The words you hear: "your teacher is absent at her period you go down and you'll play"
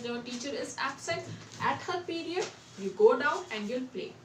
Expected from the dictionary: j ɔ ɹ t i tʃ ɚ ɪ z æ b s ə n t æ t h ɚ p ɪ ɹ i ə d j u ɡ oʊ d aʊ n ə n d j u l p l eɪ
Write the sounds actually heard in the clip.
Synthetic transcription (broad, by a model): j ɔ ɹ t i tʃ ɚ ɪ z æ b s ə t æ t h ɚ p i ɹ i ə d j u ɡ oʊ d aʊ n ə n d j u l p l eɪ